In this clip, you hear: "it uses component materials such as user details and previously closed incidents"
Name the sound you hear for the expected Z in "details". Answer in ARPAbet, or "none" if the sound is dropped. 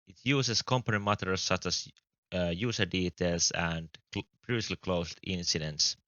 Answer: S